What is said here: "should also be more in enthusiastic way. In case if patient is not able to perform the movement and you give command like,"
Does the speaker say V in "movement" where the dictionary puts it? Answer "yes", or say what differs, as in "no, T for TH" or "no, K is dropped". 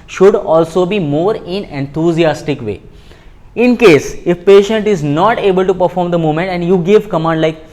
no, V is dropped